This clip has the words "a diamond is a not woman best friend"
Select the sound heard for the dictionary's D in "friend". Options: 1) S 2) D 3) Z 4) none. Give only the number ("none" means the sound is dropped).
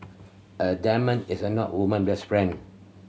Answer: 4